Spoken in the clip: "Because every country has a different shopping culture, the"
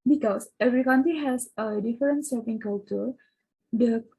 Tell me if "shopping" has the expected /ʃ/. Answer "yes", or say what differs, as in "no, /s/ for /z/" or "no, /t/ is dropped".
no, /s/ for /ʃ/